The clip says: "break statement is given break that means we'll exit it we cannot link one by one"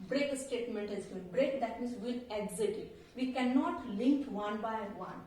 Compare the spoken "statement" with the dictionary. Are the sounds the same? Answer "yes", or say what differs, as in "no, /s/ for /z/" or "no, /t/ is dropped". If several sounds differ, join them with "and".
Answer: yes